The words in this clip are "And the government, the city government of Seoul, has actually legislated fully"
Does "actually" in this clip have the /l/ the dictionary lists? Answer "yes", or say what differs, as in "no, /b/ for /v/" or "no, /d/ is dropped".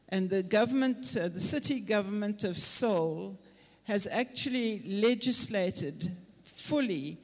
yes